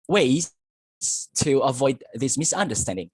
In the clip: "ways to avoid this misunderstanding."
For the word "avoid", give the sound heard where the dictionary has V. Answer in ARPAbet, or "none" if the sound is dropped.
V